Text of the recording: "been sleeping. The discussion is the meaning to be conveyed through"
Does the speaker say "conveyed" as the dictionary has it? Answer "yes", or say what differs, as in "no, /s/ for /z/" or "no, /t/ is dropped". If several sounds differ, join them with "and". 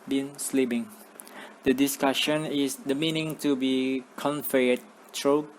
no, /f/ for /v/